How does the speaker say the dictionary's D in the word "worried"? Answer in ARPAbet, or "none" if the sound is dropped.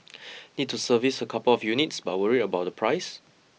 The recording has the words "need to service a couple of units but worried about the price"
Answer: none